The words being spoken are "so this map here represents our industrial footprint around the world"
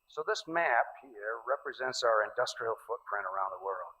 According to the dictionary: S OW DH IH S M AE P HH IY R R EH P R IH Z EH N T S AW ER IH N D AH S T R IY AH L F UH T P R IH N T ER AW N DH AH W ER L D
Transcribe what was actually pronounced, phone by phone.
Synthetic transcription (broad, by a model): S OW DH IH S M AE P HH IY R R EH P R IH Z EH N T S AW ER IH N D AH S T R IY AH L F UH T P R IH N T ER AW N DH AH W ER L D